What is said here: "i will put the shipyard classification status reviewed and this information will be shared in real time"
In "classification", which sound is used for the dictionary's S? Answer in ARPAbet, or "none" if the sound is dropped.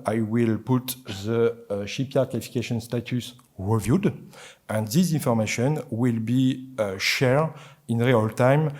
none